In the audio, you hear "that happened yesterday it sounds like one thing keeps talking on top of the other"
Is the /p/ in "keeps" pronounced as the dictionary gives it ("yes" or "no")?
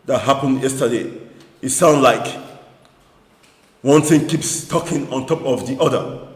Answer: yes